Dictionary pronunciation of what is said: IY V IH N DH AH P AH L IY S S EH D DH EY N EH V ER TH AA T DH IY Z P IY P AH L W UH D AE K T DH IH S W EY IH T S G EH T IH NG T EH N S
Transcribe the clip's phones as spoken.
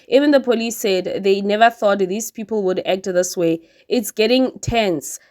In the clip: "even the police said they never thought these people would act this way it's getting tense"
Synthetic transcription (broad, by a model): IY V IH N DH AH P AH L IY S S EH D DH EY N EH V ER TH AA T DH IY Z P IY P AH L W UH D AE K T DH IH S W EY IH T S G EH T IH NG T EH N S